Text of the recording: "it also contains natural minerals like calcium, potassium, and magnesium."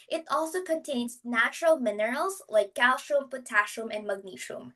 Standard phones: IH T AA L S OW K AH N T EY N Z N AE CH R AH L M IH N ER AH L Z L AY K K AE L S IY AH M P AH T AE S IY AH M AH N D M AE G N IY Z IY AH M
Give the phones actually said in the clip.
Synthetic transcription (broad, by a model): IH T AA L S OW K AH N T EY N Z N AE CH R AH L M IH N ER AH L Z L AY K K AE L SH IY M P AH T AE SH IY M AH N D M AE G N IY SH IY M